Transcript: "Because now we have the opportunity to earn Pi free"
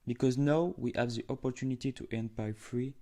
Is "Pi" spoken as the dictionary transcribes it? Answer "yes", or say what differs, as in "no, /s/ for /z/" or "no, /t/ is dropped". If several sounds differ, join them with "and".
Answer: no, /b/ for /p/